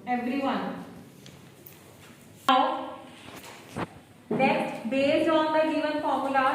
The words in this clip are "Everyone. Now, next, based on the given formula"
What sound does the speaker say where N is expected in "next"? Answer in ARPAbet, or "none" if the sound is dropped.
L